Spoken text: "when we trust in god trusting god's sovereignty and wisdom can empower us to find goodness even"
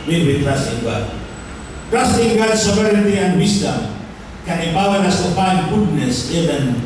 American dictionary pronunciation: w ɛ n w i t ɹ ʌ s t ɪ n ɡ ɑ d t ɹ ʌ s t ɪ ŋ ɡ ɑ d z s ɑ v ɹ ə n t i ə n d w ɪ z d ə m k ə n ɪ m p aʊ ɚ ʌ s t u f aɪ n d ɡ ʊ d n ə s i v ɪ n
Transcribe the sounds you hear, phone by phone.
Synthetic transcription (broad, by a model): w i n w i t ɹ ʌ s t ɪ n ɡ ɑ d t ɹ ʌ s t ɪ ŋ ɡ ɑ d s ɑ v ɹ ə t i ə n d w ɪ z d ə m k ə n ɪ m p aʊ ɚ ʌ s t u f aɪ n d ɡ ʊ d n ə s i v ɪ n